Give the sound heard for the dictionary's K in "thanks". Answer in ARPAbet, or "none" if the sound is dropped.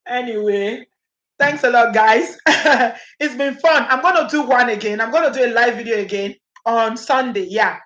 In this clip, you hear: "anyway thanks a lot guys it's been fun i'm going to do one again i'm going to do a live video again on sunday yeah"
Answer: K